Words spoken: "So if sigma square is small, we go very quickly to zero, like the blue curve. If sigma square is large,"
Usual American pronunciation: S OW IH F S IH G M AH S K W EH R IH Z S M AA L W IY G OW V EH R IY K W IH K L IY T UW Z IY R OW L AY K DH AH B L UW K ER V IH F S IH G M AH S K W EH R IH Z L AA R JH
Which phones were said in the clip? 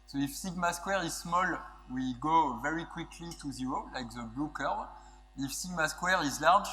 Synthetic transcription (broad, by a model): S OW IH F S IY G M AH S K W EH R IH Z S M AA L W IY G OW V EH R IY K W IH K L IY T UW Z IY R OW L AY K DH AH B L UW K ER IH F S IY G M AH S K W EH R IH Z L AA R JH